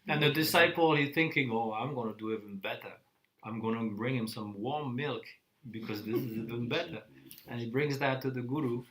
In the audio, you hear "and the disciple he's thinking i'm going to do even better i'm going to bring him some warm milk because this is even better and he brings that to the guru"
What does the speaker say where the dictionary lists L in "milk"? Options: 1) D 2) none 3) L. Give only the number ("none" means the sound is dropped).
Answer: 3